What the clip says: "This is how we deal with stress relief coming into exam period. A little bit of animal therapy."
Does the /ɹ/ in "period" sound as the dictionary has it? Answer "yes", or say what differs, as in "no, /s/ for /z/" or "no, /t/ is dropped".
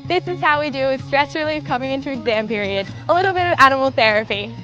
yes